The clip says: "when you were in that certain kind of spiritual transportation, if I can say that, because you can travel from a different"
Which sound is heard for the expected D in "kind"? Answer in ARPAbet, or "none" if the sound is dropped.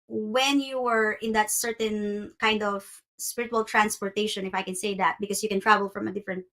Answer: D